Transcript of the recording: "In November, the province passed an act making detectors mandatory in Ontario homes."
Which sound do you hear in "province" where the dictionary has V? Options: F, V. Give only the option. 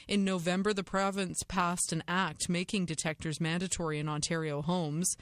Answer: V